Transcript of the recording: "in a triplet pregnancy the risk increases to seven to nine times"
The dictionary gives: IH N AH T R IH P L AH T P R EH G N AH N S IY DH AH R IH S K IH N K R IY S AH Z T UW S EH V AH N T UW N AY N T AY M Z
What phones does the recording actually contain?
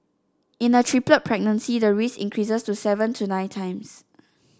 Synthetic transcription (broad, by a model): IH N AH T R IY P L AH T P R EH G N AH N S IY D AH R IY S IH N K R IY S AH S T UW S EH V AH N T UW N AY N T AY M S